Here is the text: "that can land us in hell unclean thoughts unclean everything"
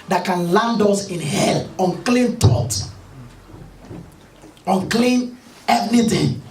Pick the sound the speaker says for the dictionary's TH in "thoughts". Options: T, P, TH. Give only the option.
T